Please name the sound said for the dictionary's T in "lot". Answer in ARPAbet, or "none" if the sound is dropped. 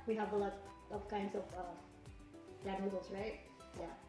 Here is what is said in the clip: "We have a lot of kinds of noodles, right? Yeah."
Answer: none